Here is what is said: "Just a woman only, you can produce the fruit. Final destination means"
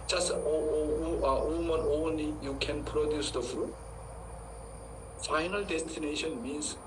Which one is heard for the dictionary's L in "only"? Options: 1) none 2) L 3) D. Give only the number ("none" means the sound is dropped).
2